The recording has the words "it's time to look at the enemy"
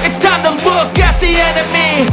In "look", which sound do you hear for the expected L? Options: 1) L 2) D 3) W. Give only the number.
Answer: 3